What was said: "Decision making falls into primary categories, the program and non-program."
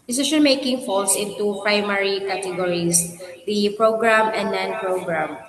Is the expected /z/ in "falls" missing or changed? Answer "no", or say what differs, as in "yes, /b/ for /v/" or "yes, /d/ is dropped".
yes, /s/ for /z/